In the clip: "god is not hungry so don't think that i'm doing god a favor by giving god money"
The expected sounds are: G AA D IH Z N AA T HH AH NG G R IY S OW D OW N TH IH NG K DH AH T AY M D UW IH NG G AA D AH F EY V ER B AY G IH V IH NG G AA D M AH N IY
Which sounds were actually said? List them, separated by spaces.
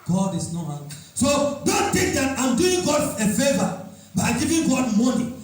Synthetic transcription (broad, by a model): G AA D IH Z N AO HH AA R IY S OW D OW N T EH K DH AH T AY M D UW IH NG G AA D AH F EY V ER B AY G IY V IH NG G AA D M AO N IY